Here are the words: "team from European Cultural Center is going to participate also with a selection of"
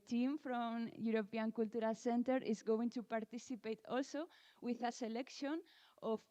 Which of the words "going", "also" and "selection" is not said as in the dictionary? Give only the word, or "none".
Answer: none